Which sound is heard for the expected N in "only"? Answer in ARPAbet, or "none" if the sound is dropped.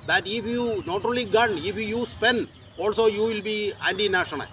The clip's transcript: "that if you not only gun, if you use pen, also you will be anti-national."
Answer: none